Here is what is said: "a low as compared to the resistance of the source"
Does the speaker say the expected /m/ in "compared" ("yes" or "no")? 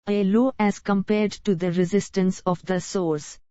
yes